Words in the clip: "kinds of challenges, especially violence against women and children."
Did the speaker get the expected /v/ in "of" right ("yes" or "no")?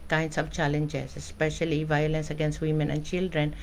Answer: no